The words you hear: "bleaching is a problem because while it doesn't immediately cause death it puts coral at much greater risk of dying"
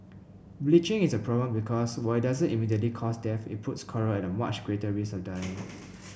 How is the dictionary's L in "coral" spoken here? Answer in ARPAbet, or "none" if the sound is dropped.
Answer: N